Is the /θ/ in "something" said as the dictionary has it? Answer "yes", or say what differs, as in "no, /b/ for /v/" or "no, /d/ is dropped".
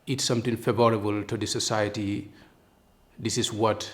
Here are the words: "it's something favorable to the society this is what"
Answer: no, /t/ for /θ/